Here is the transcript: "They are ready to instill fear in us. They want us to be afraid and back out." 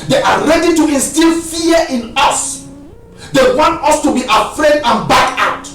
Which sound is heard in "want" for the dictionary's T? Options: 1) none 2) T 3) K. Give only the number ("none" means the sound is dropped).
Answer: 2